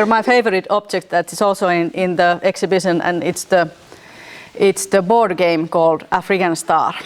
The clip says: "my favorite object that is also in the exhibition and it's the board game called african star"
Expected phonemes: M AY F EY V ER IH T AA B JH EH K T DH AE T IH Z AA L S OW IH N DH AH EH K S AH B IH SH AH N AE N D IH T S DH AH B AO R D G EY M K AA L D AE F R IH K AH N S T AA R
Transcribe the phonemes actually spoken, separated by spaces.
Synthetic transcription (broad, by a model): M AY F EY V ER IH T AA B JH EH K T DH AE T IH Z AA L S OW IH N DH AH EH K S AH B IH SH AH N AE N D IH T S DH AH B AO R D G EY M K AA L D AE F R IH K AH N S T AA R